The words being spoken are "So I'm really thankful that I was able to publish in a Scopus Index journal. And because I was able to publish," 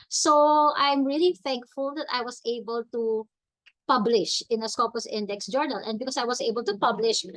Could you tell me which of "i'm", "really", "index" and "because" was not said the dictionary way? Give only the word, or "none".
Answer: because